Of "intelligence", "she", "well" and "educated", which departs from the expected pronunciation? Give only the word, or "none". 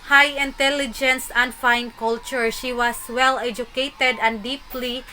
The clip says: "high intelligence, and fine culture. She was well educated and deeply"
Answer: none